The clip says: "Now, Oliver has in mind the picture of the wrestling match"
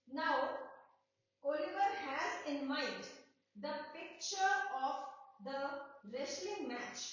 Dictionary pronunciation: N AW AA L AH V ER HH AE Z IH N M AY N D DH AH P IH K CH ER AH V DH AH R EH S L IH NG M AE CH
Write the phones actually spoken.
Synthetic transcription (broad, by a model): N AW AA L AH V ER HH AE Z IH N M AY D D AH P IH K CH ER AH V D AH R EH S L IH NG M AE CH